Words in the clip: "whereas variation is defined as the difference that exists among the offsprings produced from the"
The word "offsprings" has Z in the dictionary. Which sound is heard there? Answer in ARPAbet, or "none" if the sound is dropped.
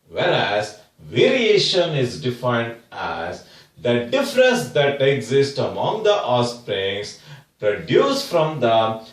S